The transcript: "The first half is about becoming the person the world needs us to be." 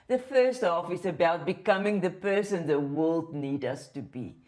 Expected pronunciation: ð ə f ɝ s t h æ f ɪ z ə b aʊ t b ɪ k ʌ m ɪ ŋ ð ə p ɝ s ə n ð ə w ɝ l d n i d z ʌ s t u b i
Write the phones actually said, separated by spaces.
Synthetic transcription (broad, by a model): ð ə f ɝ s t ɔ f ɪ s ə b aʊ t b ɪ k ʌ m ɪ ŋ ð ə p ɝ s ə n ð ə w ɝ l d n i d ʌ s t u b i